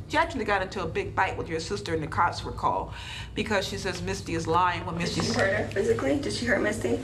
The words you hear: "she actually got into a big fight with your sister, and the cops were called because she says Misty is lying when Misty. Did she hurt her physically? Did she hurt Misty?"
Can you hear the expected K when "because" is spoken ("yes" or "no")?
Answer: yes